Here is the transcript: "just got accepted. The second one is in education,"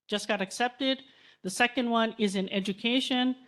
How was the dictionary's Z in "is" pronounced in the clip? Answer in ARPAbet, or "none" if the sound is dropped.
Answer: Z